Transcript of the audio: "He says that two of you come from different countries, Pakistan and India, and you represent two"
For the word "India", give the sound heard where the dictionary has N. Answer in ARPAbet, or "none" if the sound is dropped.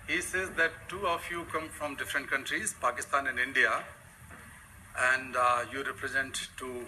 N